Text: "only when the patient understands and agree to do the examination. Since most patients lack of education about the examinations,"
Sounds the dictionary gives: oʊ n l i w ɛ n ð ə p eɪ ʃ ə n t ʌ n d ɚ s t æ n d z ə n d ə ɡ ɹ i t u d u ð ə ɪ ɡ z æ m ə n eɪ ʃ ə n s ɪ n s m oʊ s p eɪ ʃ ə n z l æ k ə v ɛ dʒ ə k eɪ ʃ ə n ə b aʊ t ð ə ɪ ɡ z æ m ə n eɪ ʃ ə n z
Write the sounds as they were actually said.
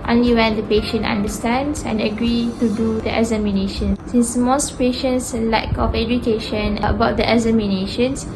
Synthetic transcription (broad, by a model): oʊ n l i w ɛ n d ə p eɪ ʃ ə n t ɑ n d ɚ s t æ n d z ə n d ə ɡ ɹ i t u d u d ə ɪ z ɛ m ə n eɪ ʃ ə n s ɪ n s m oʊ s p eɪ ʃ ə n s l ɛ k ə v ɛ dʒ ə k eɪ ʃ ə n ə b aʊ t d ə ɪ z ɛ m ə n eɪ ʃ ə n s